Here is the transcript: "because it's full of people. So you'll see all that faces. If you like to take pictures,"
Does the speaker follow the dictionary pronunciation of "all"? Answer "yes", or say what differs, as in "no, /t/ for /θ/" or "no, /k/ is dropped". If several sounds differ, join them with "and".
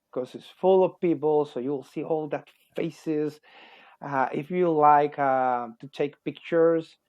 yes